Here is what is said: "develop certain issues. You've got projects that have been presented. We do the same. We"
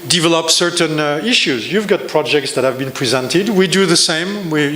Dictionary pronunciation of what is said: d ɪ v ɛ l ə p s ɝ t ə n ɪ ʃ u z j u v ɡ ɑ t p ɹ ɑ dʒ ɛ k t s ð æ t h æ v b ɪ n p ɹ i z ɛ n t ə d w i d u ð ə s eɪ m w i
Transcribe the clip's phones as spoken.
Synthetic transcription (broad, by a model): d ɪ v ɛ l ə p s ɝ t ə n ɪ ʃ u z j u v ɡ ɑ t p ɹ ɑ dʒ ɛ k t s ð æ t h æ v b ɪ n p ɹ i z ɛ n t ə d w i d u ð ə s eɪ m w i